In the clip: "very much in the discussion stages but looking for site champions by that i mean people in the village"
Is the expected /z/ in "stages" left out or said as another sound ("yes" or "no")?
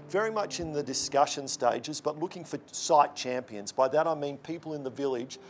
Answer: no